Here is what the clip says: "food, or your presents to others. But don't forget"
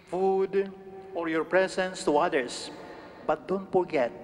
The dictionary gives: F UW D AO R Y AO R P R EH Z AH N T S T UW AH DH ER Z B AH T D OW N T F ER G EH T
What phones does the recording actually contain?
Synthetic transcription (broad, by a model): F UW D AO R Y AO R P R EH S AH N S T UW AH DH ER S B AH T D OW N T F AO G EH T